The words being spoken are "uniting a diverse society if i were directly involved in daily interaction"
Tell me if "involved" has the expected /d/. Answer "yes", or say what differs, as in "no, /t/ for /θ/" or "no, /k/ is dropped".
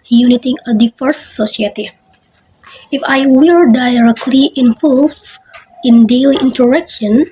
no, /d/ is dropped